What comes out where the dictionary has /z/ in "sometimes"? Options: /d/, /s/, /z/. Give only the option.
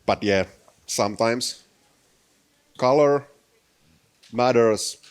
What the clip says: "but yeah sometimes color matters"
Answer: /s/